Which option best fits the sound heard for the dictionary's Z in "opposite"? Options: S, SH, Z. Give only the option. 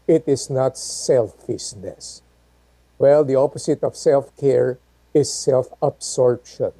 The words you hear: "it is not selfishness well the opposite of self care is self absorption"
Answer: S